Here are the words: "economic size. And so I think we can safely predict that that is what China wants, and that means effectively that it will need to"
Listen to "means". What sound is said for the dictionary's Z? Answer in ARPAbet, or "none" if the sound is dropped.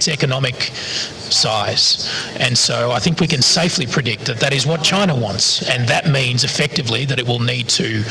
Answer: Z